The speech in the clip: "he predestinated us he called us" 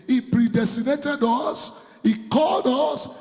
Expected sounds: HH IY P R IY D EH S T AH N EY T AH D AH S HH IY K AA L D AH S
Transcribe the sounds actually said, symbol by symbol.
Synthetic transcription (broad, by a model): HH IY P R IY D EH S T AH N EY T AH D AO S HH IY K AA L D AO S